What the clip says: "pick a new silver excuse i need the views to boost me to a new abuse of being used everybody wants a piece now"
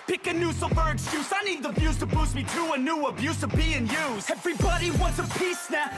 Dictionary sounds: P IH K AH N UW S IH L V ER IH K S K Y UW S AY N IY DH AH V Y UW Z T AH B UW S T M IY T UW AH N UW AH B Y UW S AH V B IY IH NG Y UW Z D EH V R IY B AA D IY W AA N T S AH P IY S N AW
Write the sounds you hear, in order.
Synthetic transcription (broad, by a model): P IH K AH N UW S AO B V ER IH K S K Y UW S AY N IY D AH B Y UW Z T AH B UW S M IY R UW AH N UW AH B Y UW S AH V B IY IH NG Y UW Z EH V R IY B AA D IY W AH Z AH P IY S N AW